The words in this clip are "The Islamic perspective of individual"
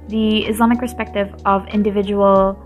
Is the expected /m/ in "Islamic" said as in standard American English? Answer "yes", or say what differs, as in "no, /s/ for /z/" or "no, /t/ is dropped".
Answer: yes